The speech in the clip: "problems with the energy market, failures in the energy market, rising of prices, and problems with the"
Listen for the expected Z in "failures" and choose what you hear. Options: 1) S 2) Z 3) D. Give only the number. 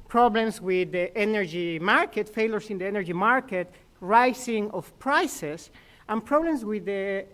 1